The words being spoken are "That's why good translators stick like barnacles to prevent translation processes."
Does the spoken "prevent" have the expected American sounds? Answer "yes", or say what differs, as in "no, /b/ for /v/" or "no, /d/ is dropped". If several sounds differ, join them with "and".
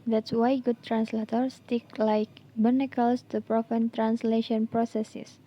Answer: no, /f/ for /v/